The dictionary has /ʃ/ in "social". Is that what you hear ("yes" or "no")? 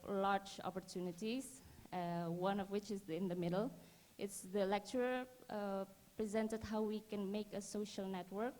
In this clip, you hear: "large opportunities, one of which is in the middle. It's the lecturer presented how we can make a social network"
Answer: yes